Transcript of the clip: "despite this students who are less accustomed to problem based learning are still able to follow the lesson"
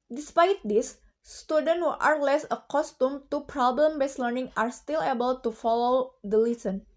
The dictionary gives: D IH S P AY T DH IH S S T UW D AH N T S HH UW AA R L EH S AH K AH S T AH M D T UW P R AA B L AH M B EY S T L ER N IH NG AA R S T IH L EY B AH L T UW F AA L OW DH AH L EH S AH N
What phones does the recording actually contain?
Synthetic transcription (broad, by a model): D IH S P AY T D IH S S T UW D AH N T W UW AA R L EH S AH K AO S T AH M T UW P R AA B L AH M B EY S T L ER N IH NG AA R S T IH L EY B AH L T UW F AA L OW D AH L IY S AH N